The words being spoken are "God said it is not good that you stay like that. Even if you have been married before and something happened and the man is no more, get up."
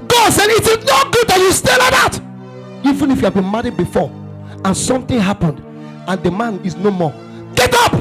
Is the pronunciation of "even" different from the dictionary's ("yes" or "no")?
no